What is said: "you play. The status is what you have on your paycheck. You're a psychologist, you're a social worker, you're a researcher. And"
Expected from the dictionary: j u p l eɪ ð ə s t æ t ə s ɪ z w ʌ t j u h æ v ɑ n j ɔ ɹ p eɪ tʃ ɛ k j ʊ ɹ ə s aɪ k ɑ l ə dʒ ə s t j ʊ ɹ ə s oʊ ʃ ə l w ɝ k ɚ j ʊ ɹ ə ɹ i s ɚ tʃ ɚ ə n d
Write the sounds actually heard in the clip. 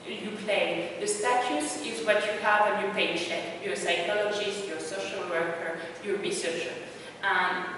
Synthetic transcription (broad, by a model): j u p l eɪ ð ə s t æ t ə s ɪ z w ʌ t j u h æ v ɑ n j ɔ ɹ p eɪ ʃ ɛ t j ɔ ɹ s aɪ k ɑ l ə dʒ ə s t j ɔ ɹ s oʊ ʃ ə l w ɝ k ɚ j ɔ ɹ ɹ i s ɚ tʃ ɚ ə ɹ